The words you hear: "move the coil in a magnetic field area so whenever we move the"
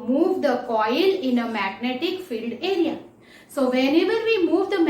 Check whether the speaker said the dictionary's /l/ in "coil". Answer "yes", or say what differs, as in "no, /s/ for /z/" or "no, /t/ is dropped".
yes